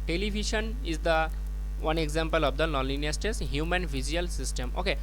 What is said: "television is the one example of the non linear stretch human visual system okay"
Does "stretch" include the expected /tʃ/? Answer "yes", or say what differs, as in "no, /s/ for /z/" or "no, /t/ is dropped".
no, /s/ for /tʃ/